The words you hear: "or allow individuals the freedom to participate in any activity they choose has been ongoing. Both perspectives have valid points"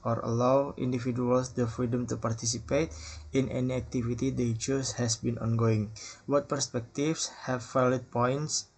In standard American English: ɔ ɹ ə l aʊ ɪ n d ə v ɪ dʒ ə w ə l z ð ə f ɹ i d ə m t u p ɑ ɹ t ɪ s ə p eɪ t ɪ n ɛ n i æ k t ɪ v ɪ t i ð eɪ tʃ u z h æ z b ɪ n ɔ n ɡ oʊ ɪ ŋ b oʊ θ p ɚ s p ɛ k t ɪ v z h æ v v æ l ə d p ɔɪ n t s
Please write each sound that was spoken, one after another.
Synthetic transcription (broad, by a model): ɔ ɹ ə l aʊ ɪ n d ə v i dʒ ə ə l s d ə f ɹ i d ə m t u p ɑ ɹ t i s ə p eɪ t ɪ n ɛ n i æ k t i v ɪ t i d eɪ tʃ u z h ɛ s b ɪ n ɔ n ɡ oʊ ɪ ŋ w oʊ t p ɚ s p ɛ k t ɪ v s h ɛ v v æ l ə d p ɔɪ n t s